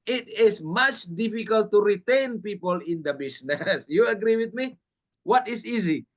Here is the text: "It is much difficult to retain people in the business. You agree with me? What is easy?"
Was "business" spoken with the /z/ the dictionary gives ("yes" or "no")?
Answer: no